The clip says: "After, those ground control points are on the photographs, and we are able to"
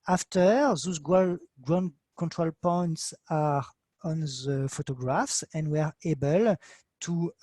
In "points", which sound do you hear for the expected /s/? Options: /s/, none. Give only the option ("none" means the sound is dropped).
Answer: /s/